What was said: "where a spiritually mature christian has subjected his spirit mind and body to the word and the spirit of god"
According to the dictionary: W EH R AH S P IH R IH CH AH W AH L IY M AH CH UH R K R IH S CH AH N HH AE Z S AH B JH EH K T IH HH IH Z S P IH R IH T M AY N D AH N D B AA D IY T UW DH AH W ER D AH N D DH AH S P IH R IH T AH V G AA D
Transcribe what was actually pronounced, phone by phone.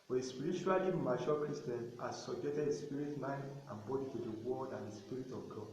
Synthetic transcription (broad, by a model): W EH AH S P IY R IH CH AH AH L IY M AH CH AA L K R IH S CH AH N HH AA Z S AH B JH EH K T IH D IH S P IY R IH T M AY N AH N B AA D IY T UW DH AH W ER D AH N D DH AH S P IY R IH T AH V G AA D